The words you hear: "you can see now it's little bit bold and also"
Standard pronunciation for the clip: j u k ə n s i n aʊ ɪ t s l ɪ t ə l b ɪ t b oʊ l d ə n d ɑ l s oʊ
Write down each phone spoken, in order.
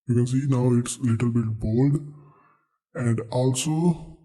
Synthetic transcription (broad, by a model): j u k ə n s i n aʊ ɪ t s l ɪ t ə l b ɪ t b oʊ l d ə n d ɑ l s oʊ